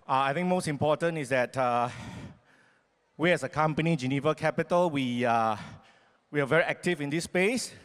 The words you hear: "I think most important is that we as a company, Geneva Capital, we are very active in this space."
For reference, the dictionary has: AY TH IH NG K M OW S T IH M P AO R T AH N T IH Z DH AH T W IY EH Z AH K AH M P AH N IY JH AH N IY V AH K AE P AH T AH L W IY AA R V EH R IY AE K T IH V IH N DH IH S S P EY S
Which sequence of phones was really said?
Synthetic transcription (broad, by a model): AY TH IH NG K M OW S T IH M P AO T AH N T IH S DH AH T W IY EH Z AH K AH M P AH N IY JH AH N IY V AH K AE P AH T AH L W IY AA W V EH R IY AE K T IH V IH N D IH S S P EY S